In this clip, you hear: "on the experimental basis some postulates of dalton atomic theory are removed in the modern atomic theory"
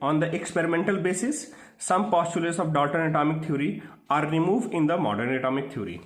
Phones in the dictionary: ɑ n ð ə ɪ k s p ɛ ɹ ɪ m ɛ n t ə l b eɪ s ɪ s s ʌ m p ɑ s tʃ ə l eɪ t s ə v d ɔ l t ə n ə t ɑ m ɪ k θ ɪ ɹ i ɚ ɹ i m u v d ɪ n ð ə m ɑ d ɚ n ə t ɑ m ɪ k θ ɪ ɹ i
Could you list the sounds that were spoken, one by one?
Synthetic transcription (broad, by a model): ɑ n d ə ɪ k s p ɛ ɹ ɪ m ɛ n t ə l b eɪ s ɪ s s ʌ m p ɑ s tʃ ə l eɪ t s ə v d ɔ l t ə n ə t ɑ m ɪ k t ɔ ɹ i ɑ ɹ i m u v d ɪ n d ə m ɑ d ɚ n ə t ɑ m ɪ k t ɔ ɹ i